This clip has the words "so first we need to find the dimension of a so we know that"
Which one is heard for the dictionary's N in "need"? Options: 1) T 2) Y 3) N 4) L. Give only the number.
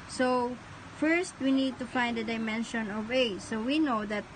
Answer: 3